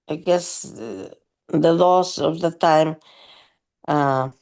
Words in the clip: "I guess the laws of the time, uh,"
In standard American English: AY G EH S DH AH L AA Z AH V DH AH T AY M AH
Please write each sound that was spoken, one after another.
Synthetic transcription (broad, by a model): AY G EH S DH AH L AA S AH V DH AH T AY M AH